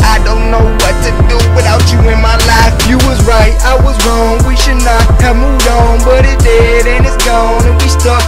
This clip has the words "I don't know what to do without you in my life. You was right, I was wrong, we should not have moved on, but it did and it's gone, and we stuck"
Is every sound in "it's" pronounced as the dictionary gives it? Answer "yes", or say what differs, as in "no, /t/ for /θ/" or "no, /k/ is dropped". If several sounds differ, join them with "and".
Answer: yes